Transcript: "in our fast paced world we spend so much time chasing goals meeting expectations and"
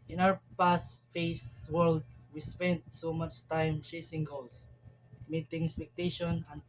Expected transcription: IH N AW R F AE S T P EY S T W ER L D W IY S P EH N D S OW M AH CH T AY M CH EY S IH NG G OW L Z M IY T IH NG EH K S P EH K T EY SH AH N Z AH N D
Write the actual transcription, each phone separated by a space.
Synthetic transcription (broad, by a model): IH N AW R P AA S T F EY S W ER L D W IY S P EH N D S OW M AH CH T AY M CH EY S IH NG G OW L S M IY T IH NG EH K S P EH K T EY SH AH N AH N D